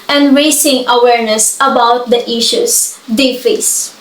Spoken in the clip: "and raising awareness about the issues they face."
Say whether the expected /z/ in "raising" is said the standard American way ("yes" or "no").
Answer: no